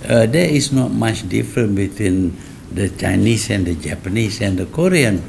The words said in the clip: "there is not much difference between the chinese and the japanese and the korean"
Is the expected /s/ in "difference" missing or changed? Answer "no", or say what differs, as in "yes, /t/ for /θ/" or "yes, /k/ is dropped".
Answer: yes, /s/ is dropped